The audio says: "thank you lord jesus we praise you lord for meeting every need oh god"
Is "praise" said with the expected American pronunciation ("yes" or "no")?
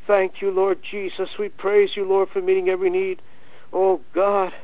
yes